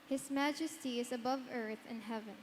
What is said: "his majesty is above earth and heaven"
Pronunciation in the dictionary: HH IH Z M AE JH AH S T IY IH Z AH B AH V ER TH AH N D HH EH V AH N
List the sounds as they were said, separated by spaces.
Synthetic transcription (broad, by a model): HH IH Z M AE JH AH S T IY IH Z AH B AH V ER TH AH N HH EH V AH N